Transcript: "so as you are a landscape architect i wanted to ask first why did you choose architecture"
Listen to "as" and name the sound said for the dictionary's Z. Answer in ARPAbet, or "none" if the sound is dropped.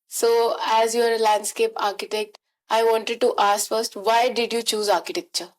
Z